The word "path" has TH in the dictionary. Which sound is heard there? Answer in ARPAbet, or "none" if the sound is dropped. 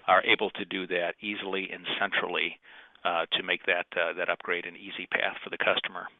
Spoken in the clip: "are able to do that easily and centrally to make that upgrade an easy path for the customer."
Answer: TH